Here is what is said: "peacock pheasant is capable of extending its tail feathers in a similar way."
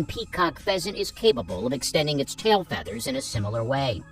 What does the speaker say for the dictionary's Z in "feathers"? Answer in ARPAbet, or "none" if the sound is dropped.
Z